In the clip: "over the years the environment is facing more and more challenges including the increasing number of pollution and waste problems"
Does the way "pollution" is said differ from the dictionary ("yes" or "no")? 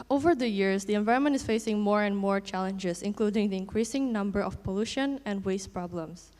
no